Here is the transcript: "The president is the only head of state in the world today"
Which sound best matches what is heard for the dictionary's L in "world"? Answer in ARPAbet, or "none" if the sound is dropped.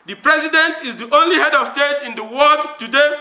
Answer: none